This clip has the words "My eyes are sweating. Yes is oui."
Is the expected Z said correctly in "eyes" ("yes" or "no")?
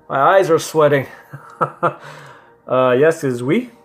yes